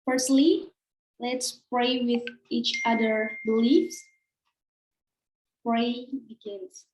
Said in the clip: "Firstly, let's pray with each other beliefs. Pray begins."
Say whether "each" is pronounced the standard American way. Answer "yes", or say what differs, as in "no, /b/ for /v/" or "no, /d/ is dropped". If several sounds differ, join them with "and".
yes